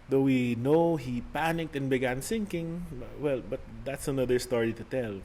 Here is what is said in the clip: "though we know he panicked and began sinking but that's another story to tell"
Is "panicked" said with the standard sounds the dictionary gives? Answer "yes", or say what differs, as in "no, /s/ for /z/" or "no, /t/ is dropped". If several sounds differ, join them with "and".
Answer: yes